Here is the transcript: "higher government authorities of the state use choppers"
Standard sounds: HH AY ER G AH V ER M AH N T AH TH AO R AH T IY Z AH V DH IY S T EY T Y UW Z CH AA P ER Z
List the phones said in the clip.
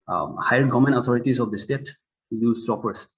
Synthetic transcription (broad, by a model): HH AY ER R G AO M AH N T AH T AO R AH T IY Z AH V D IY S T EY T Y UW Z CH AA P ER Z